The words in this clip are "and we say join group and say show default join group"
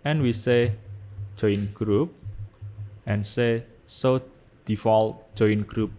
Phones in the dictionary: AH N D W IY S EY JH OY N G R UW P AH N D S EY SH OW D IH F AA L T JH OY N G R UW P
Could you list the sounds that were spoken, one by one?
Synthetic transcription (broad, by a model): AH N W IY S EY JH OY N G R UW P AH N S EY S OW D IH F AA L T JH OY N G R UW P